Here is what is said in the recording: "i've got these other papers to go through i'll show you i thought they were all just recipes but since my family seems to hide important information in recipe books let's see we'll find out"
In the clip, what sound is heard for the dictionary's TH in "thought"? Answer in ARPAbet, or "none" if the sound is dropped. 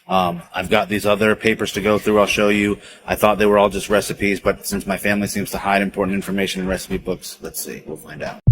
TH